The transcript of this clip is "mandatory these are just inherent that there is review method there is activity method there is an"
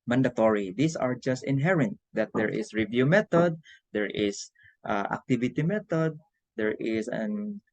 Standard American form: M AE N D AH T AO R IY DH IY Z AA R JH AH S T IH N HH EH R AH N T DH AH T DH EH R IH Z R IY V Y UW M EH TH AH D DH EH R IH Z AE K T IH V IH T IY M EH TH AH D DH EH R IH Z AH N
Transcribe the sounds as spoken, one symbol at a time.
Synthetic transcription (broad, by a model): M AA N D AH T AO R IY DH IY S AA R JH AH S T IH N HH EH R AH N T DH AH T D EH R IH S R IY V Y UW M EH T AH D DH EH R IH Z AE K T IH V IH T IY M EH T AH D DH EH R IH S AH N